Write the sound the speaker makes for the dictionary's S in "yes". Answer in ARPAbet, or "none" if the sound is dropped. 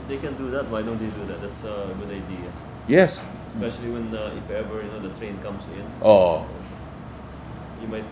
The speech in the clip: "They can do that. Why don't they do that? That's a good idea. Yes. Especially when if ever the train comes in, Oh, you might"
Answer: S